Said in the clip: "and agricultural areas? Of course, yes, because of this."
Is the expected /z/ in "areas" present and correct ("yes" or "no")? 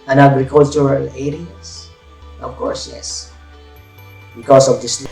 no